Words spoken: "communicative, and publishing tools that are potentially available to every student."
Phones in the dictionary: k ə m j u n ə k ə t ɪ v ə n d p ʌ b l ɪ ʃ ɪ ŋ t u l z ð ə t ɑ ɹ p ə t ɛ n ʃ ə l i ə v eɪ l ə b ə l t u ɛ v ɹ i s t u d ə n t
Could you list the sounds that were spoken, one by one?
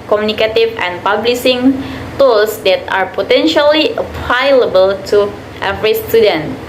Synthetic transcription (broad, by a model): k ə m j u n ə k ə t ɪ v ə n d p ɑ b l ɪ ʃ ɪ ŋ t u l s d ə t ɑ ɹ p ə t ɛ n ʃ ə l i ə p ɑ l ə b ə l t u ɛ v ɹ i s t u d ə n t